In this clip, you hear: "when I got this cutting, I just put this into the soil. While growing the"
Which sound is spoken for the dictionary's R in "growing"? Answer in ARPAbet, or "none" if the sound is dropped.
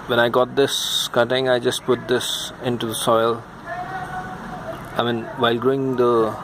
R